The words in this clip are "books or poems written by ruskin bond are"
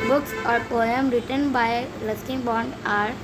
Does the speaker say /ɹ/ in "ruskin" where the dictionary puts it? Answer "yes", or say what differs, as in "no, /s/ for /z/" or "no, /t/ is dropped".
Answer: no, /l/ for /ɹ/